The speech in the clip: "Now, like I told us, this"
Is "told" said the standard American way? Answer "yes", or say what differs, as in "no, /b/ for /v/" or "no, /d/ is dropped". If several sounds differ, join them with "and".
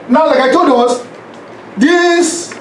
no, /l/ is dropped